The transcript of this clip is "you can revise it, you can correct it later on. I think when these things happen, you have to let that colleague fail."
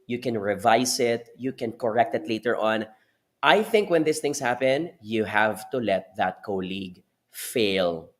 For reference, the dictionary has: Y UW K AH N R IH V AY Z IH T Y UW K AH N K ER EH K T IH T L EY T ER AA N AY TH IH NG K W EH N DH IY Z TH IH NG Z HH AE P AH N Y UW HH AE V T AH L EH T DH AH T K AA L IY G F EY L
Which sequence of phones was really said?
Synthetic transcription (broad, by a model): Y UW K AH N R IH V AY S IH T Y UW K AH N K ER EH K T IH T L EY T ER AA N AY TH IH NG K W EH N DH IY S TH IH NG S HH AE P AH N Y UW HH AE V T AH L EH T DH AH T K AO L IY G F EY L